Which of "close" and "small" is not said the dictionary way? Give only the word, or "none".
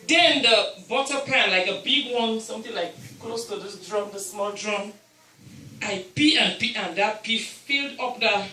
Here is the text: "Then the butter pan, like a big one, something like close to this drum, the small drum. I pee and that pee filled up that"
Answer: none